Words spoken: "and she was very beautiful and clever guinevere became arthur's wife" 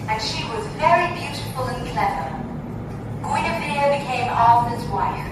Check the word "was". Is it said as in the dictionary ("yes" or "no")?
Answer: yes